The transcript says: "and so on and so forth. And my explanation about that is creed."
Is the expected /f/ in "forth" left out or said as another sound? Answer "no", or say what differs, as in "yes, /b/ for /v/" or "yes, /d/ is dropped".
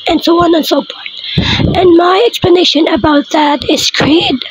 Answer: yes, /p/ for /f/